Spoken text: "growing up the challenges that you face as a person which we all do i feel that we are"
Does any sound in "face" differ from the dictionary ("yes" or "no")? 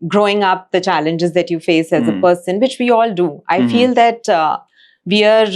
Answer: no